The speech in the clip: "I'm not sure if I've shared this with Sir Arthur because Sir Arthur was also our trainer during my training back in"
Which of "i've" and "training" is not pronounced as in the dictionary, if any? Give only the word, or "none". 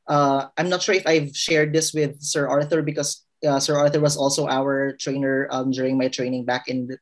none